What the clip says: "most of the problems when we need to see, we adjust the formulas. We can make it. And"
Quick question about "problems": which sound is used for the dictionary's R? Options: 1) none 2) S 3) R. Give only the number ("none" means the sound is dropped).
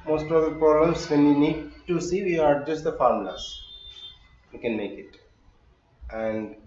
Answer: 1